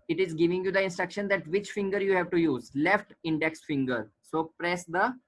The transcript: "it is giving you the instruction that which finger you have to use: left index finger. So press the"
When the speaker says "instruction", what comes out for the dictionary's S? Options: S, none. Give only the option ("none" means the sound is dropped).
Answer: S